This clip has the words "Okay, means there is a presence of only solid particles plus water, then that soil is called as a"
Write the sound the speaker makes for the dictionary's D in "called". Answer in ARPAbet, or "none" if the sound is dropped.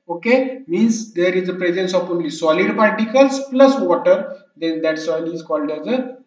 D